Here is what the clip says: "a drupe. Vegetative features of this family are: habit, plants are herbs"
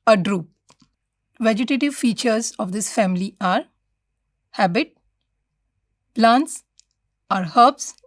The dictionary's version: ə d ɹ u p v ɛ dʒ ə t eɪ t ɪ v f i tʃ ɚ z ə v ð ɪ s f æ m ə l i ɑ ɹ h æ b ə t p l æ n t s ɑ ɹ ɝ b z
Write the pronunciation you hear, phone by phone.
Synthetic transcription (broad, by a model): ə d ɹ u p v ɛ dʒ ə t eɪ t ɪ v f i tʃ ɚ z ə v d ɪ s f æ m ə l i ɑ ɹ h æ b ə t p l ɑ n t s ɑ ɹ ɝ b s